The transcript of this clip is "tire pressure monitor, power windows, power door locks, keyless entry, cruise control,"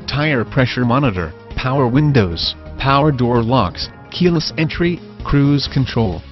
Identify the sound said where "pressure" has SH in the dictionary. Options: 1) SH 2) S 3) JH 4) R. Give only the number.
1